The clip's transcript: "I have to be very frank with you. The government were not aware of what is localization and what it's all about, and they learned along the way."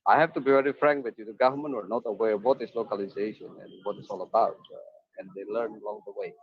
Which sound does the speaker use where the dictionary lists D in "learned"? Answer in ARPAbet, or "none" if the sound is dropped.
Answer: none